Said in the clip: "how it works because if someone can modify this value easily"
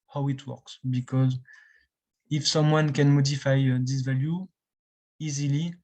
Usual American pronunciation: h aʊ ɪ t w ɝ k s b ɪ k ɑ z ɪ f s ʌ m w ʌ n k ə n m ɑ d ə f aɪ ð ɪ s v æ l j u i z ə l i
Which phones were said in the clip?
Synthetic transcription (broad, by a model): h aʊ ɪ t w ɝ k s b ɪ k ɑ z ɪ f s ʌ m w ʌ n k ə n m ɑ d ə f aɪ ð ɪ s v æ l j u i z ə l i